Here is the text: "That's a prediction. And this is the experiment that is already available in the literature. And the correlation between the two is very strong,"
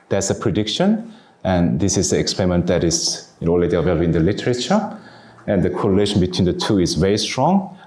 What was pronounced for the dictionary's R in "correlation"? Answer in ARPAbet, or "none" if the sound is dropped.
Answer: R